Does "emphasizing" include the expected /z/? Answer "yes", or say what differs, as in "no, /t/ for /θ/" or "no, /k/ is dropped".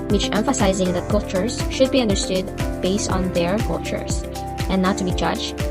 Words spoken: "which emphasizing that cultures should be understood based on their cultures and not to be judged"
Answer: yes